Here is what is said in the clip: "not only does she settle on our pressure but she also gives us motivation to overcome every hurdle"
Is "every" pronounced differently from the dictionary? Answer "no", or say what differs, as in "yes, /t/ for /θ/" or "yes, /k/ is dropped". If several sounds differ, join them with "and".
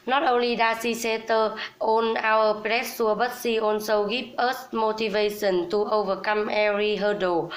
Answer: yes, /v/ is dropped